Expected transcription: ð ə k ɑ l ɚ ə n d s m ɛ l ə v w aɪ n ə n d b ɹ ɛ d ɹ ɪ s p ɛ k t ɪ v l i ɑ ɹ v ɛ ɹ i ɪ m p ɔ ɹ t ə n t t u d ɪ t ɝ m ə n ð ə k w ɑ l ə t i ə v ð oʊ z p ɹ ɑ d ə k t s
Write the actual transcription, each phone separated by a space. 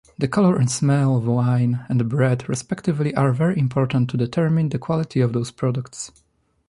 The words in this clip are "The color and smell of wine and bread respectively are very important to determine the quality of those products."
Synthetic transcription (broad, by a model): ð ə k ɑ l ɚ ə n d s m ɛ l ə v w aɪ n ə n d b ɹ ɛ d ɹ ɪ s p ɛ k t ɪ v l i ɑ ɹ v ɛ ɹ i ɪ m p ɔ ɹ t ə n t t u d ɪ t ɝ m ə n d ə k w ɑ l ə t i ə v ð oʊ s p ɹ ɑ d ə k t s